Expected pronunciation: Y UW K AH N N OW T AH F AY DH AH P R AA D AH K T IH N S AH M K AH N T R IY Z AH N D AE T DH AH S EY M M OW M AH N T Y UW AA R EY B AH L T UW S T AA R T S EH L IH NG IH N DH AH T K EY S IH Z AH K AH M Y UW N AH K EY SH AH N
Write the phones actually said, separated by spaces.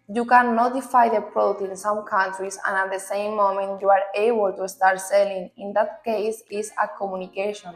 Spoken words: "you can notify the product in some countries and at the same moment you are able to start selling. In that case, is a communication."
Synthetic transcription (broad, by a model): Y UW K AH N N OW T AH F AY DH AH P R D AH T IH N S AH M K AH N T R IY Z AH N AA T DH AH S EY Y M OW M AH N T Y UW AA R EY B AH L T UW S T AA R T S EH L IH NG IH N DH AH T K EY S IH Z AH K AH M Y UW N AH K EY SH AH N